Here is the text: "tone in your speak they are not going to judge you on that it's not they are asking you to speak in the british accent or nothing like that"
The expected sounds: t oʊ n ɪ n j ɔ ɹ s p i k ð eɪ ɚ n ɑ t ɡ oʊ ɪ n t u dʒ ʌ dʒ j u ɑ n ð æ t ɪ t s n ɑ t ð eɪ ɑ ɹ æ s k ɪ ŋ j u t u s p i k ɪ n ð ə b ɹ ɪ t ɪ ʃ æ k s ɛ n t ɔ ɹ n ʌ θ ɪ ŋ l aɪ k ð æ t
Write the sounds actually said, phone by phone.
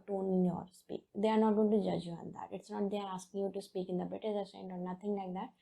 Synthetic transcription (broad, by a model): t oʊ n ɪ n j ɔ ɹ s p i k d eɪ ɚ n ɑ t ɡ oʊ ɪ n t u dʒ ʌ dʒ j u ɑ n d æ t ɪ t s n ɑ t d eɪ ɑ ɹ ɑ s k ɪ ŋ j u t u s p i k ɪ n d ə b ɪ t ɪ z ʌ s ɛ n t ɔ ɹ n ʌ t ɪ ŋ l aɪ k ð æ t